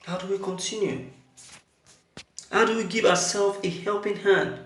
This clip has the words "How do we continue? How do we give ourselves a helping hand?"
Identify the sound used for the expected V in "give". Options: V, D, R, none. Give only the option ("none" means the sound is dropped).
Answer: V